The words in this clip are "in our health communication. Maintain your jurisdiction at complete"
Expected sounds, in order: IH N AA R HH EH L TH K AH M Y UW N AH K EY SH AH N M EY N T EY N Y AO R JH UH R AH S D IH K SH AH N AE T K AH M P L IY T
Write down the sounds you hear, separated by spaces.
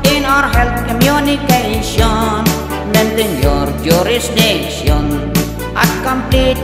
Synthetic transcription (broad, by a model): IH N AA R HH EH L T K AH M Y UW N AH K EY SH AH N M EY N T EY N Y AO R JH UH R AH S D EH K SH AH N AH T K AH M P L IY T